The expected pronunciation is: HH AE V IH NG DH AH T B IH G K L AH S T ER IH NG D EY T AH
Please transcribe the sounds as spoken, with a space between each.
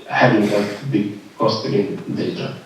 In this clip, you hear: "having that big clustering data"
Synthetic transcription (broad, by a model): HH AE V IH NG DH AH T B IH G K AO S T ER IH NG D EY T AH